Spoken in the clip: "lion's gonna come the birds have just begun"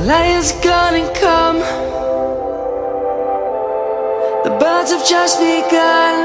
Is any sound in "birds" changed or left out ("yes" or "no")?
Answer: no